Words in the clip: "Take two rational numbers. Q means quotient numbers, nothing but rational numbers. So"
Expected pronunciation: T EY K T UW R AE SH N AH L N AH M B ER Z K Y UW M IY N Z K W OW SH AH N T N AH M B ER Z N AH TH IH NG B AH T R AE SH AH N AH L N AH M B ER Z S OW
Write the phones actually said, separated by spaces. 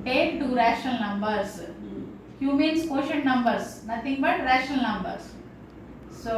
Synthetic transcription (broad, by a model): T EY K T UW R AE SH N AH L N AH M B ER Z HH Y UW M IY N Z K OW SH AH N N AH M B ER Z N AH T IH NG B AH T R AE SH AH N AH L N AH M B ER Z S OW